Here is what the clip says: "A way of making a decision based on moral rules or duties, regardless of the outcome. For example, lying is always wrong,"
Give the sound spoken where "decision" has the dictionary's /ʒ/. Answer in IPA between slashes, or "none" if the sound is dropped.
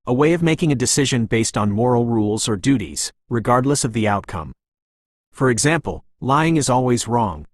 /ʒ/